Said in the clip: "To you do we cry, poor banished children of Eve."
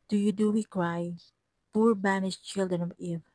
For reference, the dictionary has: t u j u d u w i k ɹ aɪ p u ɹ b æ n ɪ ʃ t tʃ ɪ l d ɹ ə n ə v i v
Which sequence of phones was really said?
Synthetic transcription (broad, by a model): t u j u d u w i k ɹ aɪ p u ɹ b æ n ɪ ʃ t tʃ ɪ l d ɹ ə n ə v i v